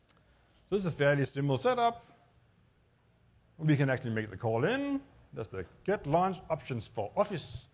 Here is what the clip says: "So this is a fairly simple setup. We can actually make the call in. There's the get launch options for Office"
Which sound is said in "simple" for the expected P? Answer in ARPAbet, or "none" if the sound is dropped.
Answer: none